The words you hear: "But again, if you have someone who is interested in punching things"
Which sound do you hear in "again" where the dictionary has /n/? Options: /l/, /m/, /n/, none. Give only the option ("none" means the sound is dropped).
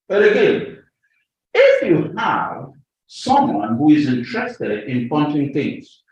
none